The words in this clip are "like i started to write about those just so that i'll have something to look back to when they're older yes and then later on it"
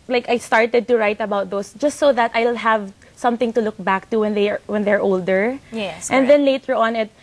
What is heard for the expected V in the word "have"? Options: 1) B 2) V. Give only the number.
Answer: 2